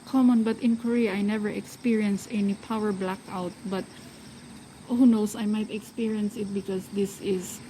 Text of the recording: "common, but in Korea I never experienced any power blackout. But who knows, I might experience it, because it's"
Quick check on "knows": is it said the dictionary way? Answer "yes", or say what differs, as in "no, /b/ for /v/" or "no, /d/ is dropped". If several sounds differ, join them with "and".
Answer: no, /s/ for /z/